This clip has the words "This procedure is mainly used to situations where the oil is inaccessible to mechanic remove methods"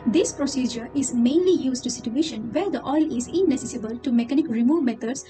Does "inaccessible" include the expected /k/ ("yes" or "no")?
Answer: no